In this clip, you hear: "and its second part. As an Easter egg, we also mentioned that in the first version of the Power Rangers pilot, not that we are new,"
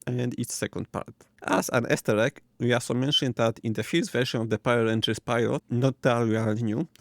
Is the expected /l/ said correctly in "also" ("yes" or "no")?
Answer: no